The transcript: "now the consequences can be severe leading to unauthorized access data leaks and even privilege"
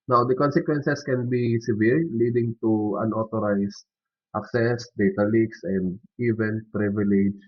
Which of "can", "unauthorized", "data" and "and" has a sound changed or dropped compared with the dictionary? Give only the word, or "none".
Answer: unauthorized